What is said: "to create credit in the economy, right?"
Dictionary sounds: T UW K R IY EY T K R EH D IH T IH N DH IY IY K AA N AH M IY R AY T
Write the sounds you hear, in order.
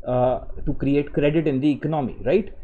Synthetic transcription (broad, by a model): T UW K R IY EY T K R EH D IH T IH N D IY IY K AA N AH M IY R AY T